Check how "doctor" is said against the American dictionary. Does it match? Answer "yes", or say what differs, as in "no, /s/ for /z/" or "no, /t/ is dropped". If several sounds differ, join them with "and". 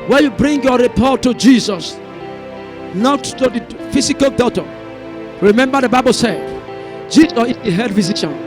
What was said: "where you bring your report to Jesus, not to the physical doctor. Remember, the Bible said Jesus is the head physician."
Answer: no, /k/ is dropped